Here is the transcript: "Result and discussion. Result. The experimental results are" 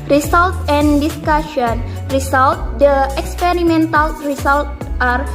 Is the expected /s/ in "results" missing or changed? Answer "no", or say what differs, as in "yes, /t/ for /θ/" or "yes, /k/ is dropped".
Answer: yes, /s/ is dropped